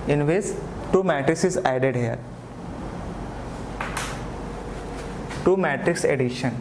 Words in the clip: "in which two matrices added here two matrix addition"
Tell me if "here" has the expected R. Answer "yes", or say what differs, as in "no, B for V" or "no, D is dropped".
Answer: no, L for R